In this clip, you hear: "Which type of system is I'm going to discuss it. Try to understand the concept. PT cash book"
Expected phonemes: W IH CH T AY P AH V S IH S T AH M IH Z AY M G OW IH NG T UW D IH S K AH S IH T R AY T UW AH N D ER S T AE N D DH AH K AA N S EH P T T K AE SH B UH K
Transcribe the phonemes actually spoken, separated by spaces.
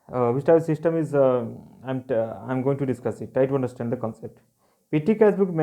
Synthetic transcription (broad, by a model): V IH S T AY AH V S IH S T AH M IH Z AY M G OW IH NG T UW D IH S K AH S IH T AY T UW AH N D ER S T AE N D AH K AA N S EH P T T K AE S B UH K